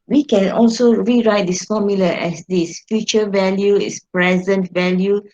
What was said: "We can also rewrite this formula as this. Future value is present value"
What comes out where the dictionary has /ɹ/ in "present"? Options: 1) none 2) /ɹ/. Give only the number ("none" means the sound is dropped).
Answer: 2